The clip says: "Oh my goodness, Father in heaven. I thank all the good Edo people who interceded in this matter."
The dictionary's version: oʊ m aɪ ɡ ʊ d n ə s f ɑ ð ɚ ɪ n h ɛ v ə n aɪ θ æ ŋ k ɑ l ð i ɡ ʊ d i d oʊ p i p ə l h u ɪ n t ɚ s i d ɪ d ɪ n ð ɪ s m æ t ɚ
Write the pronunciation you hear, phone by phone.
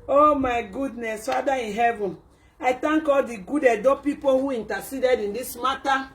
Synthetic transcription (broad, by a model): oʊ m aɪ ɡ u d n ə s f ɑ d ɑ ɪ n h ɛ v ə n aɪ t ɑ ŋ k ɑ l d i ɡ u d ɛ d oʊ p i p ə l h u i n t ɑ s i d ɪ d ɪ n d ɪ s m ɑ t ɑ